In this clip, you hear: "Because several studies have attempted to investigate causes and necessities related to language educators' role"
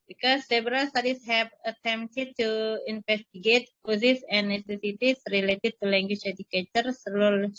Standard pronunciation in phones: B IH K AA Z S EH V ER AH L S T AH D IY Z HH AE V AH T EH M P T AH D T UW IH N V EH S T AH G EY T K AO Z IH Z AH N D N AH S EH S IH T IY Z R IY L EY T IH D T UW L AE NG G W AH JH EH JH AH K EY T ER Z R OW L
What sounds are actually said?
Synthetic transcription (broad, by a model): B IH K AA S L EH B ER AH L S T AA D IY S HH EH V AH T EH M T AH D T UW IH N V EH S T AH G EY T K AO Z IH S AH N N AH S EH S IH T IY S R IY L EY T IH D T UW L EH NG G W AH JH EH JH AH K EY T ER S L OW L